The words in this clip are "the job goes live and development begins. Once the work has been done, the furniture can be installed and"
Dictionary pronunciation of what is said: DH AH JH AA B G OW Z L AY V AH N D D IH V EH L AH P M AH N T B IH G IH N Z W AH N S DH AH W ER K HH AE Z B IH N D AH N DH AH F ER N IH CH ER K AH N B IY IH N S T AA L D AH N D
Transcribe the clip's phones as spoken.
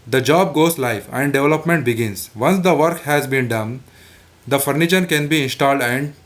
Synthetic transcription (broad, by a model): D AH JH AA B G OW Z L AY F AH N D D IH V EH L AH P M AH N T B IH G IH N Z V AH N S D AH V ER K HH AE Z B IH N D AH N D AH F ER N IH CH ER K AH N B IY IH N S T AA L D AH N D